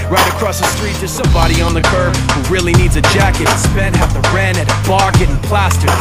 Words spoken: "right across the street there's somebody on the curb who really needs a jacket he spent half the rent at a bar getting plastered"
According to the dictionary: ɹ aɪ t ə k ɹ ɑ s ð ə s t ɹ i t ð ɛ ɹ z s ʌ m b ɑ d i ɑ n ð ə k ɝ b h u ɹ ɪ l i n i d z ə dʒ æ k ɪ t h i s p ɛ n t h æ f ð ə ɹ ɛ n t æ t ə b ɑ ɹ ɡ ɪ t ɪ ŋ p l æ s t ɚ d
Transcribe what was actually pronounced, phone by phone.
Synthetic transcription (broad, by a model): ɹ aɪ t ə k ɹ ɑ s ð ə s t ɹ i t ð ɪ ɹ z s ʌ m b ɑ d i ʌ n ð ə k ɝ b h u ɹ ɪ l i n i d z ə dʒ æ k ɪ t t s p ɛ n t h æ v ð ə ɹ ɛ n ɪ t ə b ɑ ɹ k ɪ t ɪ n p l æ s t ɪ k